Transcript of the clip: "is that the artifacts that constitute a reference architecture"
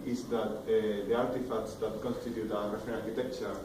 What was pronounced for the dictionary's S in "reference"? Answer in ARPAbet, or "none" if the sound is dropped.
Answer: none